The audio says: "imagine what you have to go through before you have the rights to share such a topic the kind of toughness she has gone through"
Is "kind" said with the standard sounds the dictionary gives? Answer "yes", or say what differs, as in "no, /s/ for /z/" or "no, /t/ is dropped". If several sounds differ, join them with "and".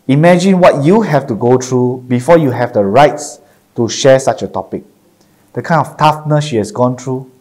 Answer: no, /d/ is dropped